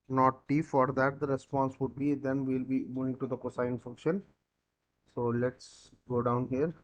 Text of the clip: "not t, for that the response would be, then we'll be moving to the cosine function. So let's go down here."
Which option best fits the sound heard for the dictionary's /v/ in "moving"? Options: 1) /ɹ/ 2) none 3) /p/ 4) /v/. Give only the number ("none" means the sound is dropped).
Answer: 2